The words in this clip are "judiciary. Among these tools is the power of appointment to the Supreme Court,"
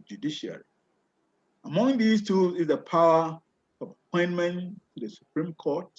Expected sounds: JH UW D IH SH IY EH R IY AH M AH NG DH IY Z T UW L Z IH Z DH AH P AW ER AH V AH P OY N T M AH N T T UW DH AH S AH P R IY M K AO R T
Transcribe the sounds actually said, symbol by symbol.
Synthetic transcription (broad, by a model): JH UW D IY SH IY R IY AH M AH NG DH IY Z T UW Z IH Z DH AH P AW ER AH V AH P OY N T M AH N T T UW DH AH S AH P R IY M K AO T